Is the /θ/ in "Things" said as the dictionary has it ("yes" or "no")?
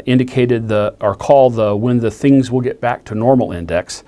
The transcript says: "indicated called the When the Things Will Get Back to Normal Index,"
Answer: yes